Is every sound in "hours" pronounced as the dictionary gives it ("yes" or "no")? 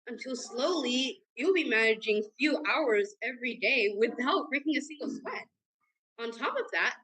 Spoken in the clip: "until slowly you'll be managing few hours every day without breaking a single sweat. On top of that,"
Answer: yes